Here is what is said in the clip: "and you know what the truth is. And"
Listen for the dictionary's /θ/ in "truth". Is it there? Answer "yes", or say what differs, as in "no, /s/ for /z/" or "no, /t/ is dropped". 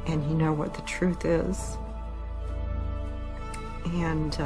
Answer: yes